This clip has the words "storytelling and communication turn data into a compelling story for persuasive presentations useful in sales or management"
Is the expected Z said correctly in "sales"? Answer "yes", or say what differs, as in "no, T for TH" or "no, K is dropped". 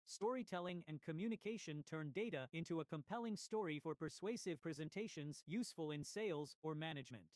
yes